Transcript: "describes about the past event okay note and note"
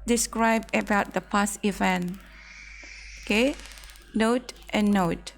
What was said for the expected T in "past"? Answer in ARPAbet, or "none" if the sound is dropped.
none